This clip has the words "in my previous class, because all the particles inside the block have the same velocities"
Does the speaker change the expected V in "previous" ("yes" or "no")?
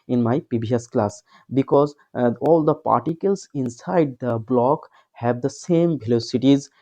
yes